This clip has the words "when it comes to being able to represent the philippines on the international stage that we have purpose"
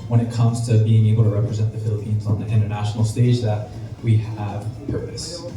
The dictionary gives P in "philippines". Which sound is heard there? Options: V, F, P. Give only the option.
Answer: P